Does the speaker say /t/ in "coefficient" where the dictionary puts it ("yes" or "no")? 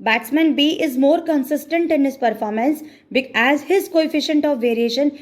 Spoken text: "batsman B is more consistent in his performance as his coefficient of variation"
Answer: yes